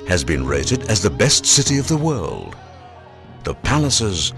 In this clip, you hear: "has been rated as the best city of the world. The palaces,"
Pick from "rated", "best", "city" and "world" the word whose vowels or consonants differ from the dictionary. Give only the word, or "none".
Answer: none